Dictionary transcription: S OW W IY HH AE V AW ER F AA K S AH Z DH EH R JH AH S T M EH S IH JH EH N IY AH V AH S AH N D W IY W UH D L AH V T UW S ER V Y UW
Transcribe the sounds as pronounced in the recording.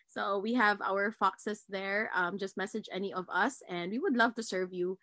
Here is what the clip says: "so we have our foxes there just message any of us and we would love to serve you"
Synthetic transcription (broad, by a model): S OW W IY HH AE V AW ER F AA K S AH S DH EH R JH AH S T M EH S IH JH EH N IY AH V AH S AH N D W IY W UH D L AH V T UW S ER V Y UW